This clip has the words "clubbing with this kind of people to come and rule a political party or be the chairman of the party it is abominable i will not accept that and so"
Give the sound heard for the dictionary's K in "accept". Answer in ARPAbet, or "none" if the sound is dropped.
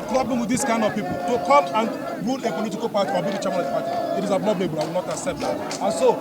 none